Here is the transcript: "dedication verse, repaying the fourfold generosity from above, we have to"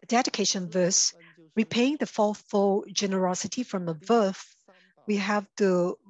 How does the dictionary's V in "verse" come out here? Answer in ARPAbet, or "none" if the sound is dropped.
V